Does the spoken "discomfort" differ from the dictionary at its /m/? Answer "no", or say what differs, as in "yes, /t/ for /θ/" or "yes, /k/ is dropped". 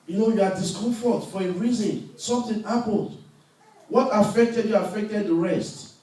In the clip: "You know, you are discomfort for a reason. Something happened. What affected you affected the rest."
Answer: yes, /m/ is dropped